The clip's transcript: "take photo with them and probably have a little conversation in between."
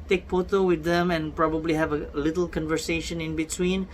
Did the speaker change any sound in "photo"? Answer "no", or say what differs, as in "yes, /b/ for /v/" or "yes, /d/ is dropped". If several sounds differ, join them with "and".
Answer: yes, /p/ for /f/